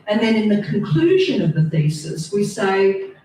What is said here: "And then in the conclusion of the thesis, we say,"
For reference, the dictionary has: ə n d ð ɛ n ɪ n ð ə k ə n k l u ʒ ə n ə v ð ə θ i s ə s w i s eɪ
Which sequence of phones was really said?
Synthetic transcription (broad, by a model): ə n ð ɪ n ɪ n ð ə k ə n k l u ʒ ə n ə v ð ə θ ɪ s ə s w i s eɪ